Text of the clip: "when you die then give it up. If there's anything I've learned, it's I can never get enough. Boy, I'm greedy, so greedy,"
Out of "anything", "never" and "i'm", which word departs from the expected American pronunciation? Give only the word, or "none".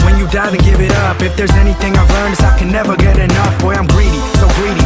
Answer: none